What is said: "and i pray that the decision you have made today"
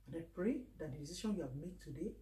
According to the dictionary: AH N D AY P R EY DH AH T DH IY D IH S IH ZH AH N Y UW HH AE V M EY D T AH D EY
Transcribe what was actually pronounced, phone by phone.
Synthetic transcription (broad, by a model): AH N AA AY P R EY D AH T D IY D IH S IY SH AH N Y UW HH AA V M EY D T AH D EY